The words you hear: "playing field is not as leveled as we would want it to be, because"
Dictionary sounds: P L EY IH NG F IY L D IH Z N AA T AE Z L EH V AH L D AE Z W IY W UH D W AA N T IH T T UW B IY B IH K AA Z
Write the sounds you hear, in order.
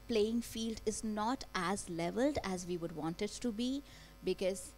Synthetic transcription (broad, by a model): P L EY IH NG F IY L D IH Z N AA T AE Z L EH V AH L D AE Z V IY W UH D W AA N T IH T T UW B IY B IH K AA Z